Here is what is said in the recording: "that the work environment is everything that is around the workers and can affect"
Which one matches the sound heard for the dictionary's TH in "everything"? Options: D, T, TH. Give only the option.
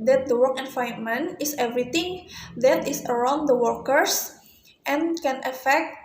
T